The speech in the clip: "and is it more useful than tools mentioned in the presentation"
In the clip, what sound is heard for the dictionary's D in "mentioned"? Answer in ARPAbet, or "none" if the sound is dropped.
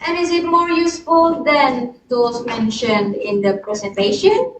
D